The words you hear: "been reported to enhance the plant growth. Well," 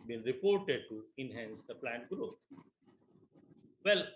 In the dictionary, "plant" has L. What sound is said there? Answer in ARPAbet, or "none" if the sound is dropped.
L